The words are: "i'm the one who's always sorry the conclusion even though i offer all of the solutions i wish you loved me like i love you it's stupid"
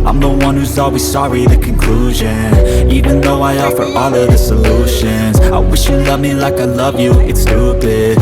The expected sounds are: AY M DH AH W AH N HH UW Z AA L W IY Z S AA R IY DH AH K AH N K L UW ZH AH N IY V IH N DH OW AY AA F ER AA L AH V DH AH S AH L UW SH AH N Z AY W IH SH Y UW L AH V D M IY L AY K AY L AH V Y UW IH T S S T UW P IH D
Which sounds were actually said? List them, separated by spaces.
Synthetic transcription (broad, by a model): AY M DH AH W AH N HH UW Z AA L W IY Z S AA R IY DH AH K AH N K L UW ZH AH N IY V IH N DH OW AY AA F ER AA L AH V DH AH S AH L UW SH AH N Z AY W IH SH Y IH L AH V M IY L AY K AY L AH V Y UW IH T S S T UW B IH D